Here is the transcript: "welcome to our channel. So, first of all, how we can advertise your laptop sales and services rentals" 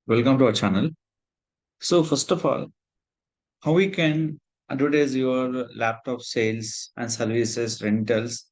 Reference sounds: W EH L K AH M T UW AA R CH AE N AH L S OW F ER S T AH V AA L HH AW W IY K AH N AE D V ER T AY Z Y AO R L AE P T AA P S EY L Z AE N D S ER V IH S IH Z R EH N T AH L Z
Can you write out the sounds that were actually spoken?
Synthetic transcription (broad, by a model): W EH L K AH M T UW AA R CH AE N AH L S OW F ER S T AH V AA L HH AW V IY K AH N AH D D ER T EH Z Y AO R L AE P T AA P S EY L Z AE N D S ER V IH S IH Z R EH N T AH L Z